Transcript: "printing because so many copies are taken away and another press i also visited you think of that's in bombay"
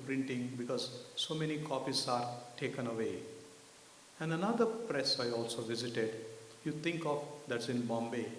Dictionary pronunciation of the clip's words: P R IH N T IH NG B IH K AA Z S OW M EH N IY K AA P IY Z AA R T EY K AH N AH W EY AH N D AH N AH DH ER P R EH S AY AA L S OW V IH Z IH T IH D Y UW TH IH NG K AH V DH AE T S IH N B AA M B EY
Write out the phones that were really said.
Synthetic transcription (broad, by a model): P R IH N T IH NG B IH K AA Z S OW M EH N IY K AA P IY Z AA R T EY K AH N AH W EY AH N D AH N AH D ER P R EH S AY AA L S OW V IH Z IH T IH D Y UW T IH NG K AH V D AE T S IH N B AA M B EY